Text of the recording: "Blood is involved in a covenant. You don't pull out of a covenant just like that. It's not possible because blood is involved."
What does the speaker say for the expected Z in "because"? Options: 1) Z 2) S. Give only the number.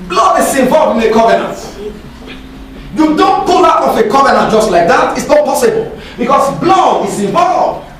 2